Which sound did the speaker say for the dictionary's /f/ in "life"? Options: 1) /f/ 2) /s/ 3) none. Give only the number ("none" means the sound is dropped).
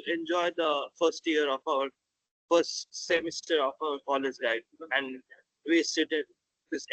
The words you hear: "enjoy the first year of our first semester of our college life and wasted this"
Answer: 3